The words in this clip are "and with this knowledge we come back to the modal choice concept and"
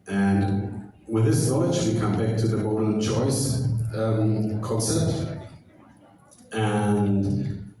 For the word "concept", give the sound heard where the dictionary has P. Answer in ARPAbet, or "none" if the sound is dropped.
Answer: none